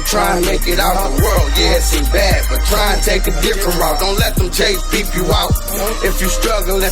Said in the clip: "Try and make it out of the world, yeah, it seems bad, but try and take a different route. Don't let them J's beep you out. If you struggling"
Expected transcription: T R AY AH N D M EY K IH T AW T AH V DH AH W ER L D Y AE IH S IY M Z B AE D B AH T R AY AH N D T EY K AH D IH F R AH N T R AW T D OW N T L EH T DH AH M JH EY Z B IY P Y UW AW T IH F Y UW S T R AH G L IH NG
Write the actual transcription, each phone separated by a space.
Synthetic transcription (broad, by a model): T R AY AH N M EY K IH T AW T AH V DH AH W ER L D Y IH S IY B AE D B AH T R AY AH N T EY K AH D IH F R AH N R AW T D OW N T L EH T DH AH M CH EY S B IY P Y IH AW T IH F Y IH S T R AH G L